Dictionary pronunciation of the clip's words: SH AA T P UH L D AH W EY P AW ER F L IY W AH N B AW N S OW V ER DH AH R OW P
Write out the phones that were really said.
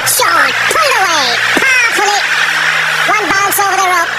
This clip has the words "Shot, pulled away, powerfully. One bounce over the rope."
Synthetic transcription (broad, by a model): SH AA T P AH D AH W EY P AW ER L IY W AH N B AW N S OW V ER DH AH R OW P